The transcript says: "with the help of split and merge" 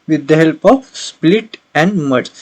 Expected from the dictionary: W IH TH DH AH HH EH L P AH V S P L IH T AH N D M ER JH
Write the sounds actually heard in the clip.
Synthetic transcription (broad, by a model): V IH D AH HH EH L P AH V S P L IH T AH N D M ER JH